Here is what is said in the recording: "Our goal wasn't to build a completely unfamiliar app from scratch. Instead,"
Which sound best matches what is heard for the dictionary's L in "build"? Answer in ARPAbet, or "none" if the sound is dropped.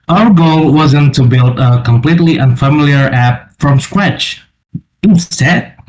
L